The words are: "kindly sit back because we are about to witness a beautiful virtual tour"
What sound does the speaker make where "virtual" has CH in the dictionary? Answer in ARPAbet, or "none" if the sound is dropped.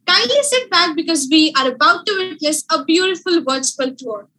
S